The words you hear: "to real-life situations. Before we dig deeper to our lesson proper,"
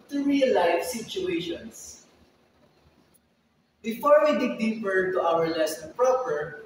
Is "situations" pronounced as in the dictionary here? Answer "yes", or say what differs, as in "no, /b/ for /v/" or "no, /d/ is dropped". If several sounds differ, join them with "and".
no, /s/ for /z/